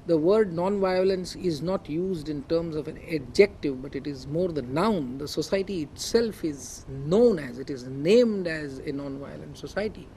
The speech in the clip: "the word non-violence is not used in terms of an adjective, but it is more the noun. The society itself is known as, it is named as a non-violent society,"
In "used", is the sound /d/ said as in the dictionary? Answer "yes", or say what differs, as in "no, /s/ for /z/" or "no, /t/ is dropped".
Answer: yes